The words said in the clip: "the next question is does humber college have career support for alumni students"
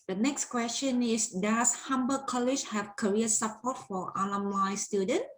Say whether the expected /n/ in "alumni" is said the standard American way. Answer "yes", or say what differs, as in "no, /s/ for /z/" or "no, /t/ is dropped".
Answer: no, /l/ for /n/